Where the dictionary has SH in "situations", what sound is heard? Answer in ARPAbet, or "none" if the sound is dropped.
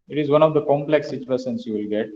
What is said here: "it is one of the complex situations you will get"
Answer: S